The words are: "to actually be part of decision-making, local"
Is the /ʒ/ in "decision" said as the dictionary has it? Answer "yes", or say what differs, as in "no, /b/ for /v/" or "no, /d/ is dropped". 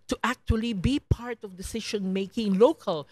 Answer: no, /ʃ/ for /ʒ/